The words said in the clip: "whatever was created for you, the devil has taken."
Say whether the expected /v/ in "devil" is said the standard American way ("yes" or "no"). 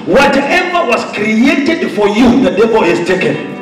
no